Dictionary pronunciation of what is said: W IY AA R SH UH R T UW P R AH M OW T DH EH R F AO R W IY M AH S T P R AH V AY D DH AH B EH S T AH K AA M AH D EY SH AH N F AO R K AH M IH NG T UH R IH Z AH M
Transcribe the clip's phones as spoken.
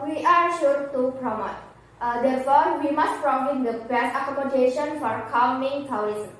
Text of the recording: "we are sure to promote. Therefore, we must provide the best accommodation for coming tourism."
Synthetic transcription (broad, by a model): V IY AA R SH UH R T UW P R AH M OW T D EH R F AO R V IY M AH S T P R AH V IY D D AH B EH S AH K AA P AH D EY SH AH N F AO R K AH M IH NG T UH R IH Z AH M